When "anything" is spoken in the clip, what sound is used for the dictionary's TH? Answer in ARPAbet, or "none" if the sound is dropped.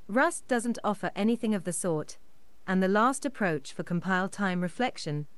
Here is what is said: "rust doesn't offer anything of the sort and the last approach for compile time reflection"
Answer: TH